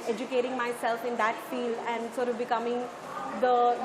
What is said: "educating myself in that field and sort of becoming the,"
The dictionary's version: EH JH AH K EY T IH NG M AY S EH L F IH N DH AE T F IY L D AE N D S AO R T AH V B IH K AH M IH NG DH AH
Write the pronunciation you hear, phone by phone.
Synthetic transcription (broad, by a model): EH JH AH K EY T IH NG M AY S EH L F IH N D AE T F IY L AE N D S AO R T AH V B IH K AH M IH NG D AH